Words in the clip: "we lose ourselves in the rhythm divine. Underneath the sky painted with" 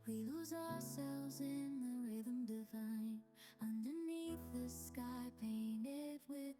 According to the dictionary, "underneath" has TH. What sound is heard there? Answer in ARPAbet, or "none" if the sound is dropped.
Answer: TH